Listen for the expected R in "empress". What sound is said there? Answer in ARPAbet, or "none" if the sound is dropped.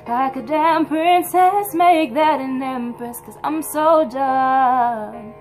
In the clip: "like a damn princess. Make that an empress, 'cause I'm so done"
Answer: none